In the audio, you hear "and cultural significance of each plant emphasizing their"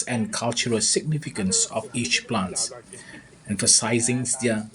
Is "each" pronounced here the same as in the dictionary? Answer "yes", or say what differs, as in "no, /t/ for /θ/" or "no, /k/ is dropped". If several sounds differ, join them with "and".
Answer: yes